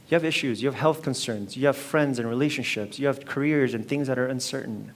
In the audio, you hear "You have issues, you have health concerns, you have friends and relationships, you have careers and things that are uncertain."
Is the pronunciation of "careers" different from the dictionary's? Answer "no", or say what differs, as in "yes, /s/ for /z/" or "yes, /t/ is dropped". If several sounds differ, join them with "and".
no